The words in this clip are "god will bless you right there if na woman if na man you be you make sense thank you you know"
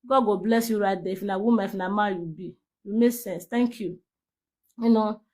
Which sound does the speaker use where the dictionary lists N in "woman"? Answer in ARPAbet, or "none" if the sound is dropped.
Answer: none